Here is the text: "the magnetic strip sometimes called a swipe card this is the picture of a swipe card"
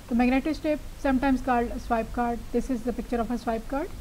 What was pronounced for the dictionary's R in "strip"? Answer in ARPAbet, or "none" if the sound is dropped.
none